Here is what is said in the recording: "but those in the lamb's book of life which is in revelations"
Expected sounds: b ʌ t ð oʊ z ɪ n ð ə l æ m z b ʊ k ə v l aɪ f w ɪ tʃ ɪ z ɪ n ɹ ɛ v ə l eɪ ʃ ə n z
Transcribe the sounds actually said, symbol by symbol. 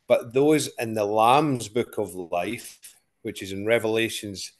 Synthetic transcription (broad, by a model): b ʌ t ð oʊ z ɪ n ð ə l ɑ m z b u k ə v l aɪ f w ɪ tʃ ɪ z ɪ n ɹ ɛ v ə l eɪ ʃ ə n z